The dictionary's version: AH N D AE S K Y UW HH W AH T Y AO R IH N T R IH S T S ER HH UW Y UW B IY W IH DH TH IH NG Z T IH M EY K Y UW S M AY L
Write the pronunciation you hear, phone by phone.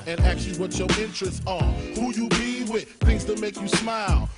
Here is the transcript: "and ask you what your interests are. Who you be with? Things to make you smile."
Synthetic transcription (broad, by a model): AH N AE K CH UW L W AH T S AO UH IH N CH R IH S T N HH UW Y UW B IY W IH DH TH IH NG Z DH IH M EY K Y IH S M AY L